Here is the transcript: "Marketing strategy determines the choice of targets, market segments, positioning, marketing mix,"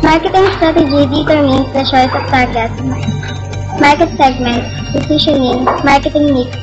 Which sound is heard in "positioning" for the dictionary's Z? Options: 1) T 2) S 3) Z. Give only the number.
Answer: 2